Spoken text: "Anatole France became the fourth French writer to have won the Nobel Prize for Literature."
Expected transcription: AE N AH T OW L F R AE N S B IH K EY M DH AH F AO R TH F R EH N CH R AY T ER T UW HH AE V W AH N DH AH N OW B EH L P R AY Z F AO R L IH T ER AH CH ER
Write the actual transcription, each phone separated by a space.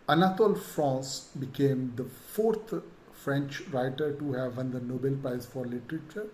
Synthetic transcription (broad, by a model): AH N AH T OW L F R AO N S B IH K EY M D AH F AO R T F R EH N CH R AY T ER T UW HH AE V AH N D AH N OW B EH L P R AY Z F AO R L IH T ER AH CH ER